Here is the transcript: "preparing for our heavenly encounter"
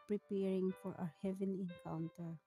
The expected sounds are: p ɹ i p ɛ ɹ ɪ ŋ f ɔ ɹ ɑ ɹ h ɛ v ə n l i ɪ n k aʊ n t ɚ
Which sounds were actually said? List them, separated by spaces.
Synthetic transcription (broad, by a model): p ɹ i p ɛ ɹ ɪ ŋ f ɔ ɹ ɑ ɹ h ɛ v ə n i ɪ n k aʊ n t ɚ